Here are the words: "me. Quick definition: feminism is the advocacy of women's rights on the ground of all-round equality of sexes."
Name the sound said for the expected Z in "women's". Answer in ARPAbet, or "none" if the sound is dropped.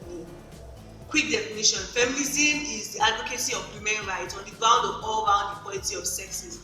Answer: none